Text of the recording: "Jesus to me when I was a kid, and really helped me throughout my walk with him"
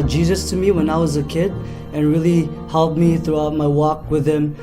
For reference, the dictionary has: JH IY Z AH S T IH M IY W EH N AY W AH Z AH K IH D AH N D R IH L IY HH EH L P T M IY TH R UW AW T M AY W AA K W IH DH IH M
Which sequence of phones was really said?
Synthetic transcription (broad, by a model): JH IY Z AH S T IH M IY W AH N AY W AH Z AH K IH D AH N R IH L IY HH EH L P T M IY TH R UW AW T M AY W AA K W IH DH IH M